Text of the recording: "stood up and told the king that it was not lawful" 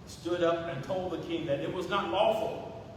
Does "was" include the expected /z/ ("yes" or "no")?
yes